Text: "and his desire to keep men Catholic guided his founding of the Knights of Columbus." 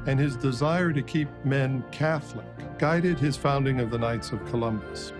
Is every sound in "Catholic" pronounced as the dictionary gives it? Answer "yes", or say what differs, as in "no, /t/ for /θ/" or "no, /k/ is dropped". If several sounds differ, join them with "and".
yes